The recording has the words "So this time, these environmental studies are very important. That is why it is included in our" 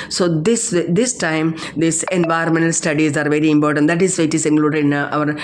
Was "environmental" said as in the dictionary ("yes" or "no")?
no